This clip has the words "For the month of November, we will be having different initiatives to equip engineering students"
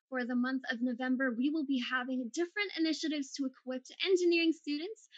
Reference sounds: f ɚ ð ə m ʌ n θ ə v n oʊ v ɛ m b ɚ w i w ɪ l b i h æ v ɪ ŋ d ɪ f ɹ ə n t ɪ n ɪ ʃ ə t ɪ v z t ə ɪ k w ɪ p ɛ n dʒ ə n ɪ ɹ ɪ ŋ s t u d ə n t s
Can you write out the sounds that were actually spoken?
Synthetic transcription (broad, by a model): f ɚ ð ə m ʌ n θ ə v n oʊ v ɛ m b ɚ w i w ɪ l b i h æ v ɪ ŋ d ɪ f ɹ ə n t ɪ n ɪ ʃ ə t ɪ v z t ə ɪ k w ɪ p ɛ n dʒ ə n ɪ ɹ ɪ ŋ s t u d n t s